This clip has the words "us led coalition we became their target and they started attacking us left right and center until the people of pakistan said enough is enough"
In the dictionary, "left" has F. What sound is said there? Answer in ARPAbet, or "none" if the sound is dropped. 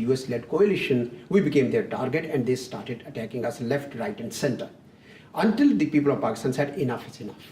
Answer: F